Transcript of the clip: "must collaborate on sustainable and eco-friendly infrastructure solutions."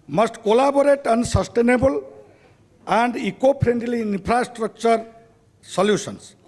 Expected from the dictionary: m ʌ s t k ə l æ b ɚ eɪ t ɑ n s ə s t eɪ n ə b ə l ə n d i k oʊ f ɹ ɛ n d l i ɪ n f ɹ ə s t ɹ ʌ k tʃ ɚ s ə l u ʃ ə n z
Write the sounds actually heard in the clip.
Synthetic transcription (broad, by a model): m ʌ s t k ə l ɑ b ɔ eɪ t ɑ n s ə s t eɪ n ə b ə l ə n d i k oʊ p ɹ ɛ n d l i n p ɹ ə s t ɹ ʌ k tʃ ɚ s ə l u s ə n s